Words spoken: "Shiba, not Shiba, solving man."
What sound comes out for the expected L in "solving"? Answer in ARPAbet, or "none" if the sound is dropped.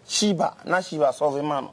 none